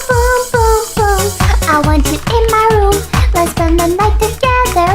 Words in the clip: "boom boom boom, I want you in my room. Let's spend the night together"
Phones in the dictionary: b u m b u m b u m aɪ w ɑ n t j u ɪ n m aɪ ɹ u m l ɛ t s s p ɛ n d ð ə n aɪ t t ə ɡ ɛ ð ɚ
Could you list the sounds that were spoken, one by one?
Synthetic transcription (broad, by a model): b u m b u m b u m aɪ w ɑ n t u ɪ n m aɪ ɹ u m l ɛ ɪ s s ʌ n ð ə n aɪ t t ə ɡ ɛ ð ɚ